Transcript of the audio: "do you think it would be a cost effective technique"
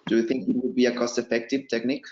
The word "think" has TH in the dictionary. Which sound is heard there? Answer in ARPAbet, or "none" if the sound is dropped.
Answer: TH